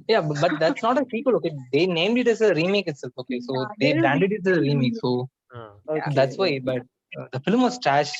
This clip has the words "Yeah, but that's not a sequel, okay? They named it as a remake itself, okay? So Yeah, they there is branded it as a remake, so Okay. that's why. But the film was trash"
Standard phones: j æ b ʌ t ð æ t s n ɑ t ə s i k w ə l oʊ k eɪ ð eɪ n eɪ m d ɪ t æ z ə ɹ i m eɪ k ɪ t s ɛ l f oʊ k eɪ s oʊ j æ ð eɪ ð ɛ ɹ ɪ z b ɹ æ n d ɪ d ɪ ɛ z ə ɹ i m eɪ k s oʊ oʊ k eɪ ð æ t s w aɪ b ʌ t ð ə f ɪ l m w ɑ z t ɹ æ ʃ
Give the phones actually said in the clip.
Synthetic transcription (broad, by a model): j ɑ b ʌ t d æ t s n ɑ t ə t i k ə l oʊ k eɪ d eɪ n eɪ m d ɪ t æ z ə ɹ i m eɪ k ɪ t s ɛ l f oʊ k eɪ s oʊ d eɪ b æ n d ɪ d ɪ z ə ɹ i m eɪ k s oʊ oʊ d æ t s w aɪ b ʌ t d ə f ɪ l m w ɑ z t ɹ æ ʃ